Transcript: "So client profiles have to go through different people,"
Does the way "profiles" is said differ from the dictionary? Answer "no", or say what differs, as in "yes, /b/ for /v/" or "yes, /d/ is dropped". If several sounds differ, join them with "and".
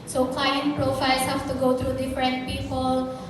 yes, /s/ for /z/